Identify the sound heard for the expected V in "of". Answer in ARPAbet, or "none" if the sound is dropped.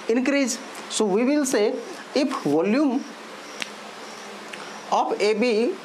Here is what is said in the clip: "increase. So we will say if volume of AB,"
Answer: P